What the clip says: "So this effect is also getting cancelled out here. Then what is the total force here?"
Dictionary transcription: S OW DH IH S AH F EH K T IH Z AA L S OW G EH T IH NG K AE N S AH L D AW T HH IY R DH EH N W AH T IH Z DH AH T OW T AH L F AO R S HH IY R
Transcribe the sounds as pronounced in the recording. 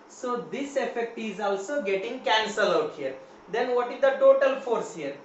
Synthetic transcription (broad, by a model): S OW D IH S AH F EH K T IH Z AA L S OW G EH T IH NG K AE N S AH L AW T HH IY R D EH N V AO T IH Z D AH T OW T AH L F AO R S HH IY R